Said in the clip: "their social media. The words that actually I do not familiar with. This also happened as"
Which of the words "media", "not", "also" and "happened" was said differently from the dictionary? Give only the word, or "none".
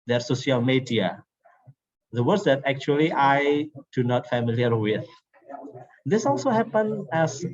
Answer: happened